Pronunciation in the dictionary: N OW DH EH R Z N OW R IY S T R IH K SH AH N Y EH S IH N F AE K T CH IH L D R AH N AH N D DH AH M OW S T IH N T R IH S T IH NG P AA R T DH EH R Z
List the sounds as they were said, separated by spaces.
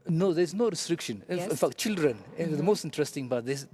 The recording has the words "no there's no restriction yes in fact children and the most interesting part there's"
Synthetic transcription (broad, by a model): N OW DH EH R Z N OW R IY S T R IH K SH AH N IH N F AE K T CH IH L D R AH N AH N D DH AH M OW S T IH N T R IH S T IH NG B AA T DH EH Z